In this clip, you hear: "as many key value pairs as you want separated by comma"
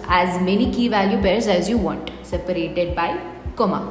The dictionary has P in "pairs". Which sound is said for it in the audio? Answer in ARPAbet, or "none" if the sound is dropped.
B